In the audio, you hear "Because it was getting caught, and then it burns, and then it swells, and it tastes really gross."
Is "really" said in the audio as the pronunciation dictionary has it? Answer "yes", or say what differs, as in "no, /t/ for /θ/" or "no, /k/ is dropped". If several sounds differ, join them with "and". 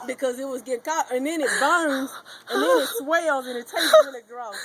no, /n/ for /l/